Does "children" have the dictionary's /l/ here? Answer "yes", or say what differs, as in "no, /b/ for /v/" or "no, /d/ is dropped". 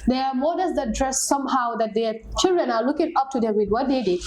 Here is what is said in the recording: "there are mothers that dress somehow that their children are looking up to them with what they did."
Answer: yes